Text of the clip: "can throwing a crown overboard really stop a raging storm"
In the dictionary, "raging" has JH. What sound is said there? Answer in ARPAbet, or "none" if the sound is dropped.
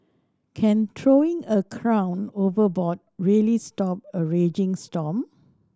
JH